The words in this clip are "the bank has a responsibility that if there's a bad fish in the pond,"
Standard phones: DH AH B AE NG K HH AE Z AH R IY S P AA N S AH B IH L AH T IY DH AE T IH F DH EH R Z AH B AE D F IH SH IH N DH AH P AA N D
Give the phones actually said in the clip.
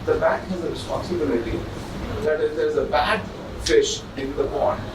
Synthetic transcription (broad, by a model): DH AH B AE K HH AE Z AH R IY S P AA N S AH B IH L AH T IY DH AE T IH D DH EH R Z AH B AE D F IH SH IH N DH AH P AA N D